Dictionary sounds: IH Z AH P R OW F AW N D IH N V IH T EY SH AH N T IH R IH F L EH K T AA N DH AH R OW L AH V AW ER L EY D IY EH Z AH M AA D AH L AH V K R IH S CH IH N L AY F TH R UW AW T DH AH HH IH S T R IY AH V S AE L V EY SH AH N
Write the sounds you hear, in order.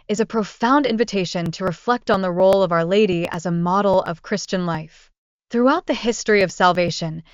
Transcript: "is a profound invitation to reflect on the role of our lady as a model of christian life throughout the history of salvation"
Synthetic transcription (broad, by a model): IH Z AH P R OW F AW N D IH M V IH T EY SH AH N T IH R IH F L EH K T N DH AH R OW L AH V AW ER L EY D IY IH Z AH M AA D L AH V K R IH S CH IH N L AY F TH R UW AW T DH AH HH IH S T R IY AH V S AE L V EY SH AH N